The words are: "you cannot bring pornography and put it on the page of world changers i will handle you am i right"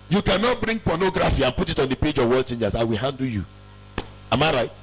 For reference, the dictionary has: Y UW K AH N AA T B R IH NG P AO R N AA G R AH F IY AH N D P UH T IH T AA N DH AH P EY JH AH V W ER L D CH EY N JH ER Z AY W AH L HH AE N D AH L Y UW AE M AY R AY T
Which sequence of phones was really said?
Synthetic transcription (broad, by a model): Y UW K AH N AA T B R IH NG P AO N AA G R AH F IY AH N P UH T IH T AA N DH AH P EY JH AH V W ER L CH EY N JH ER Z AY W AH L HH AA N D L Y UW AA M AY R AY T